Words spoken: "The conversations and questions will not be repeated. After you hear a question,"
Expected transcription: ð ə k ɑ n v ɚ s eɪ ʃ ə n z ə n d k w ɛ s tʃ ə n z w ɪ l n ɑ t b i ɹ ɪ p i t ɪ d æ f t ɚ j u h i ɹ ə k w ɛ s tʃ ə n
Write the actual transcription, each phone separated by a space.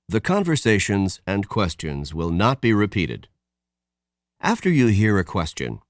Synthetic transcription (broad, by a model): ð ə k ɑ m v ɚ s eɪ ʃ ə n z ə n k w ɛ s tʃ ə n z w ɪ l n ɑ t b i ɹ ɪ p i t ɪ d æ f t ɚ j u h i ɹ ə k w ɛ s tʃ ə n